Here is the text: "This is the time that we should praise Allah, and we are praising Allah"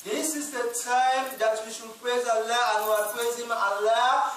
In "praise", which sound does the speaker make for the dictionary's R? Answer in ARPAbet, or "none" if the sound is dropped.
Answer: none